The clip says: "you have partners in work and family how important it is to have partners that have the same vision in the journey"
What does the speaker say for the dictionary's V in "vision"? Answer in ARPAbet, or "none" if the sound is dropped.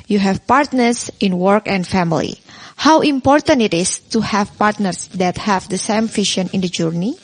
F